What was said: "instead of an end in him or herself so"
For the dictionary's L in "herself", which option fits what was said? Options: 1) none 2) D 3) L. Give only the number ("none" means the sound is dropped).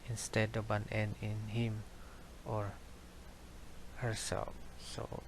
3